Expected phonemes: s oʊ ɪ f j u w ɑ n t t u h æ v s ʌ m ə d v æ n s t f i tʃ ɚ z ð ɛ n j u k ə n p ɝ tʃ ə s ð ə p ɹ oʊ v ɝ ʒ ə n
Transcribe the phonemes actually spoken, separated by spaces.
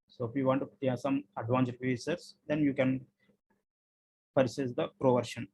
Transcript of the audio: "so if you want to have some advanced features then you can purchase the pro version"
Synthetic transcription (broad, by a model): s oʊ ɪ f j u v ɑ n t t u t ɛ s ʌ m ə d v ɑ n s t p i s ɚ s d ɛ n j u k ə n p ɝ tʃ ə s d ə p ɹ oʊ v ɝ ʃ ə n